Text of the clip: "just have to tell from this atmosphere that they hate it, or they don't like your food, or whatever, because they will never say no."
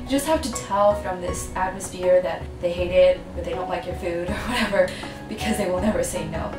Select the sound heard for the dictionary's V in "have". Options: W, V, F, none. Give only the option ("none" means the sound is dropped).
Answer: F